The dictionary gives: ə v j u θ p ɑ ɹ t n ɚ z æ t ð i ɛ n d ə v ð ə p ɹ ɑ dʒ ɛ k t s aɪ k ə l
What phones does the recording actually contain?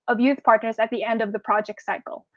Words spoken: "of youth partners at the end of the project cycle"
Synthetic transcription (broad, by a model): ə v j u θ p ɑ ɹ t n ɚ z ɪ t ð i ɛ n d ə v ð ə p ɹ ɑ dʒ ɛ k t s aɪ k l